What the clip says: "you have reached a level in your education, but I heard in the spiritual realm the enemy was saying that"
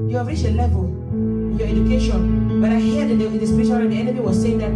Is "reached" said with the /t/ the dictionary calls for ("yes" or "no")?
no